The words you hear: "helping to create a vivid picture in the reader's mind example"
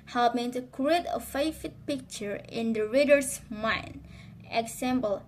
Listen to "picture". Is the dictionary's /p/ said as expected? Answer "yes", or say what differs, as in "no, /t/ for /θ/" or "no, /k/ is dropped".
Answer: yes